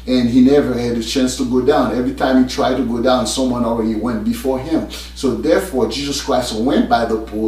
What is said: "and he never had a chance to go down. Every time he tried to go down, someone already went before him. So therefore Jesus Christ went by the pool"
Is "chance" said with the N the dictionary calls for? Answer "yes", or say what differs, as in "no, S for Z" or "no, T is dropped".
yes